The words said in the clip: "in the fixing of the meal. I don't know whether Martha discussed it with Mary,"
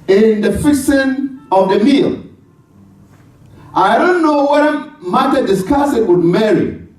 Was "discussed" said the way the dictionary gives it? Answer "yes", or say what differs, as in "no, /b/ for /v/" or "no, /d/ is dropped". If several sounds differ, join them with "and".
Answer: no, /t/ is dropped